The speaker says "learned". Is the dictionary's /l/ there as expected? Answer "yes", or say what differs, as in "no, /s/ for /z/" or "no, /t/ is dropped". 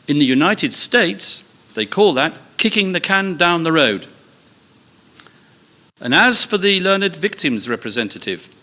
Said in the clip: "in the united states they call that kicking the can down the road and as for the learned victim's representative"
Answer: yes